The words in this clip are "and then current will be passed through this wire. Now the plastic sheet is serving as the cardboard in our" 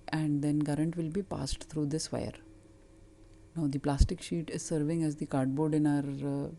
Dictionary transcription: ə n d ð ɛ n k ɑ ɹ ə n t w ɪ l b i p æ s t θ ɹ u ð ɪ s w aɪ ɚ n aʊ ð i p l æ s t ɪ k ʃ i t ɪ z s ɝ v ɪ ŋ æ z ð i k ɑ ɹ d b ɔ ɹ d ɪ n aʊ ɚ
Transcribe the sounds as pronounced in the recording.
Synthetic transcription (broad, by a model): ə n d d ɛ n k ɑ ɹ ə n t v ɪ l b i p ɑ s t t ɹ u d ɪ s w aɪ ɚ n aʊ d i p l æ s t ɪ k ʃ i t ɪ z s ɝ v ɪ ŋ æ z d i k ɑ ɹ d b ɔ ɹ d ɪ n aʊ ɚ